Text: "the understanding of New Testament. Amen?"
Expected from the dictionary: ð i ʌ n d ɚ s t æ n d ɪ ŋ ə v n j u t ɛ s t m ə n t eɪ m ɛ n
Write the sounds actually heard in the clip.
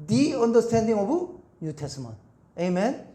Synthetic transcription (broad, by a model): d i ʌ n d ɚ s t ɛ n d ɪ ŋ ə b n j u t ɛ s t m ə n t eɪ m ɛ n